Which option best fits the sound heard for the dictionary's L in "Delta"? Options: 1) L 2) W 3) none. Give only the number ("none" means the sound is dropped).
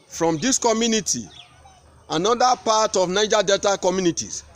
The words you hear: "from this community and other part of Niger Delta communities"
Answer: 3